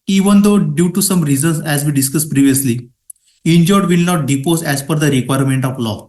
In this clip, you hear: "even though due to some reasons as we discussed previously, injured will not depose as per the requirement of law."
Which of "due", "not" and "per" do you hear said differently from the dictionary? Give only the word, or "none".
per